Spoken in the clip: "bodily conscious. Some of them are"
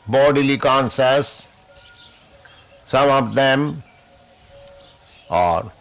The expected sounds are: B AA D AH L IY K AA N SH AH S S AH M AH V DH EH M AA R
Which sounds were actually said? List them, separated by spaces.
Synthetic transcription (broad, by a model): B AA D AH L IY K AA N S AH S S AH M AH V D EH M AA R